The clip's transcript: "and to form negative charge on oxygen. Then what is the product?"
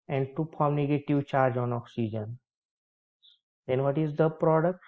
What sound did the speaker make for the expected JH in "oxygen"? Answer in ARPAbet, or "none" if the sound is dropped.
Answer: JH